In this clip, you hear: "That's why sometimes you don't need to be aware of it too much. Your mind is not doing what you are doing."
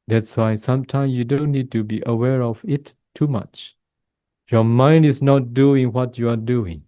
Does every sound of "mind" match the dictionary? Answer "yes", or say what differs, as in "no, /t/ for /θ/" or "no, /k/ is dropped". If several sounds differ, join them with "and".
yes